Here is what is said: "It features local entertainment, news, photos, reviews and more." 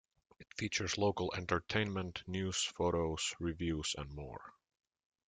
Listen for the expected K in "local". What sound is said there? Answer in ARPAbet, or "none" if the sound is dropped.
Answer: K